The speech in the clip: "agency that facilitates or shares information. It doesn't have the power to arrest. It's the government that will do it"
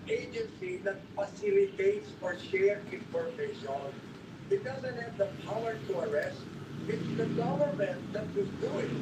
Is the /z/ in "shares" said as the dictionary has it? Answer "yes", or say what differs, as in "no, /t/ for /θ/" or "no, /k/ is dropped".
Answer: no, /z/ is dropped